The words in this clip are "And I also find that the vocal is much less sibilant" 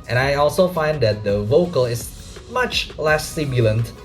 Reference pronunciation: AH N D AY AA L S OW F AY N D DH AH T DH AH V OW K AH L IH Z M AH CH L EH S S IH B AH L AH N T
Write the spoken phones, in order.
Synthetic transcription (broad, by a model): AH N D AY AA L S OW F AY N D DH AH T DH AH V OW K AH L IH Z M AH CH L EH S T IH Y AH L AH N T